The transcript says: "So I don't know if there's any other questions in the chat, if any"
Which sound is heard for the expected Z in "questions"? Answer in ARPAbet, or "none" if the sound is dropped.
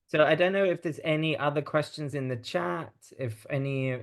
Z